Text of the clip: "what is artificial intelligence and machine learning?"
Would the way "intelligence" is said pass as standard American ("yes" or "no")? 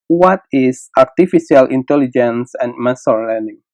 yes